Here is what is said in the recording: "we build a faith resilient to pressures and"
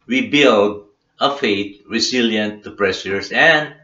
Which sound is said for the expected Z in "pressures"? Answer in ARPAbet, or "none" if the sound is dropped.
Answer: S